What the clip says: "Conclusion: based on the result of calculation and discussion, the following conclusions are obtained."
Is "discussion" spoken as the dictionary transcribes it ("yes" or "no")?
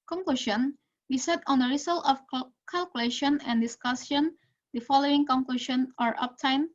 no